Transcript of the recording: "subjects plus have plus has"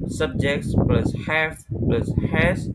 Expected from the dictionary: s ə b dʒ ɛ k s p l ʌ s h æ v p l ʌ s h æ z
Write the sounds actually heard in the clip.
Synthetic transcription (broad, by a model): s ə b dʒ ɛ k s p l ʌ s h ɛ f p l ʌ s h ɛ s